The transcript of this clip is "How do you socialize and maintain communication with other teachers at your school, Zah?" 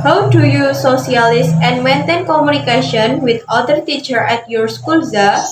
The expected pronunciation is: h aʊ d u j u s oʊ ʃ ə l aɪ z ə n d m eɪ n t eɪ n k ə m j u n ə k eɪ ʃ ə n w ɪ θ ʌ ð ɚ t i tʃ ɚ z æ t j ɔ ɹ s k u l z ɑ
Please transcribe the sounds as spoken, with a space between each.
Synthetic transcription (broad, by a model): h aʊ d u j u s oʊ s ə l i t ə n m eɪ n t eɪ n k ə m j u n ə k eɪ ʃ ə n w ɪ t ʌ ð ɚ t i tʃ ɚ ɛ t j ɔ ɹ s k u l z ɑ